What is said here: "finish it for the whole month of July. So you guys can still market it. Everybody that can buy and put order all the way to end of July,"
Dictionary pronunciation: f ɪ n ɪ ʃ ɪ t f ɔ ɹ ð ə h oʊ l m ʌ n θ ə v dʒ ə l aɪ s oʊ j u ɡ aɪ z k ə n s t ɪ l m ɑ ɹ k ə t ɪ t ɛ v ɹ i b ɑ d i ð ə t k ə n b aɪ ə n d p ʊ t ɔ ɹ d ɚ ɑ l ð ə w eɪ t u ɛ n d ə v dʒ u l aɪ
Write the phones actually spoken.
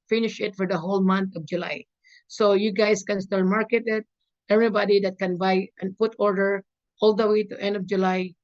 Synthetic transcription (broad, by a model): f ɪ n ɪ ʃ ɪ t f ɔ ɹ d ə h oʊ l m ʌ n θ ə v dʒ ə l aɪ s oʊ j u ɡ aɪ s k ə n s t ɪ l m ɑ ɹ k ə t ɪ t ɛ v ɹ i b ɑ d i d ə t k ə n b aɪ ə n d p ʊ t ɔ ɹ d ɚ ɑ l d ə w eɪ t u ɛ n d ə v dʒ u l aɪ